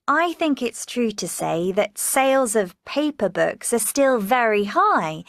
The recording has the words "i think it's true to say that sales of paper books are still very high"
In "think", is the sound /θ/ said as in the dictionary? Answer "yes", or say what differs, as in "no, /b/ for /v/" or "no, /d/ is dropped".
yes